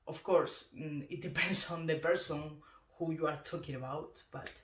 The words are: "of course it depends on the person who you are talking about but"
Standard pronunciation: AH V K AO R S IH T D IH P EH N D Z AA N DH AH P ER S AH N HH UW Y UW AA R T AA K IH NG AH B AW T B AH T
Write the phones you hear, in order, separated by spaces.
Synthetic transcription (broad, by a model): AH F K AO R S IH T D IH P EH N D S AA N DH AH P ER S AH N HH UW Y UW AA R T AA K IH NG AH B AW T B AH T